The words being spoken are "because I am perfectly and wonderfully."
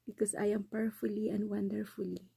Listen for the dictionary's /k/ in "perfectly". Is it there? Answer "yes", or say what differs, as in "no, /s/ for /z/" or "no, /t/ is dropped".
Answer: no, /k/ is dropped